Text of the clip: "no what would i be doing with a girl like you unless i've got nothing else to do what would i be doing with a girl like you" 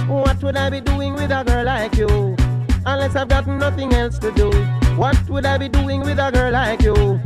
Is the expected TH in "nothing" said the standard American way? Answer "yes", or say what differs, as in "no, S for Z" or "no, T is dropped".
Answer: yes